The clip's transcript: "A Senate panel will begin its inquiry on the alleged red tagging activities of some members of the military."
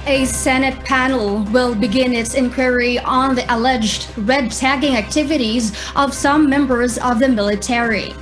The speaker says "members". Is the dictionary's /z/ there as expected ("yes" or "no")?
yes